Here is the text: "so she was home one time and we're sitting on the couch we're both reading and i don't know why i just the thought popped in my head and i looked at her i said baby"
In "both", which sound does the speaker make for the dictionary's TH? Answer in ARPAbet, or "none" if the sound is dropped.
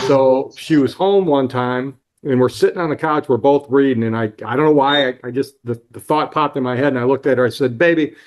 TH